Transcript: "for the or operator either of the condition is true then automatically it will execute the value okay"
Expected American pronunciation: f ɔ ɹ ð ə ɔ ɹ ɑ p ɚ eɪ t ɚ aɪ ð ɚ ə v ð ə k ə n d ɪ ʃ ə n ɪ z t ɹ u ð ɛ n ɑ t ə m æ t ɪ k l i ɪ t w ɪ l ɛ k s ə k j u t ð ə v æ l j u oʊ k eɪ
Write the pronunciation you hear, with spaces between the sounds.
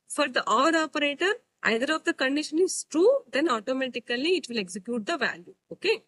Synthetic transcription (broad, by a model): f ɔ ɹ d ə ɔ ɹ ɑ p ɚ eɪ t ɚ aɪ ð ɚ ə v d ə k ə n d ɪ ʃ ə n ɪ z t ɹ u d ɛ n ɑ t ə m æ t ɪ k l i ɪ t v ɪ l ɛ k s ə k j u t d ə v æ l j u oʊ k eɪ